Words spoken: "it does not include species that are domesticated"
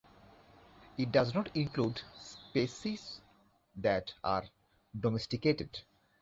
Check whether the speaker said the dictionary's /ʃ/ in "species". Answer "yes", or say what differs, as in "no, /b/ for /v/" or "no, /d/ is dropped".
no, /s/ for /ʃ/